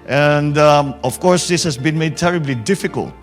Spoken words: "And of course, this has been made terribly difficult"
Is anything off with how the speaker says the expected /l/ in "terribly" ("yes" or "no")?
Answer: no